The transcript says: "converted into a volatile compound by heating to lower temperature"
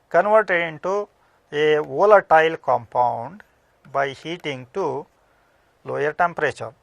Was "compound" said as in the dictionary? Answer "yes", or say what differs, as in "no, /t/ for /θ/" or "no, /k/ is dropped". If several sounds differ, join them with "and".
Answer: yes